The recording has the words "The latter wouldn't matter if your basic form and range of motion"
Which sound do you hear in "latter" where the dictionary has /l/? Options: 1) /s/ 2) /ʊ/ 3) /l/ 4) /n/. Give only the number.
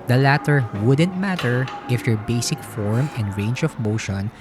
3